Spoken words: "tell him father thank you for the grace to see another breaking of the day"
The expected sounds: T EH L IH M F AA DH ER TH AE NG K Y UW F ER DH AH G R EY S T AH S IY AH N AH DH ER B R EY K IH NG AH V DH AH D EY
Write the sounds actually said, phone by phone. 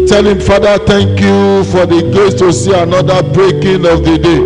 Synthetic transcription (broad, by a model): T EH L IH M F AA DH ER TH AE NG K Y UW F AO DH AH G L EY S T AH S IY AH N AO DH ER B R EY K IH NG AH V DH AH D EY